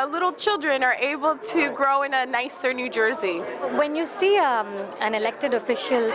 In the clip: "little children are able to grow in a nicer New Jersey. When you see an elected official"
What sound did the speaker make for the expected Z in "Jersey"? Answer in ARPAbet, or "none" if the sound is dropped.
Z